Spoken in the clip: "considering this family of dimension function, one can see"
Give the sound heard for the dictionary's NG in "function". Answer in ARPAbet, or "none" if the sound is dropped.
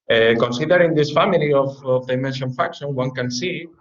none